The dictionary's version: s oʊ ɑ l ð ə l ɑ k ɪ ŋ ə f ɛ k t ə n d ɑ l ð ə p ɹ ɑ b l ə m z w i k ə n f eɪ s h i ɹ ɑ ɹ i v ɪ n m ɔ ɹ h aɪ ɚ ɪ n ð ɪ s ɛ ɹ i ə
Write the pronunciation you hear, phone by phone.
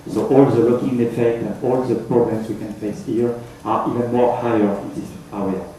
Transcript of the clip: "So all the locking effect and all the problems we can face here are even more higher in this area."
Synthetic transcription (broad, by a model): s oʊ ɑ l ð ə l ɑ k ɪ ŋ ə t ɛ t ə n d ɑ l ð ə p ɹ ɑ b l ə m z w i k ə n f eɪ s h i ɹ ɑ ɹ i v ɪ n m ɔ ɹ h aɪ ɚ ɪ n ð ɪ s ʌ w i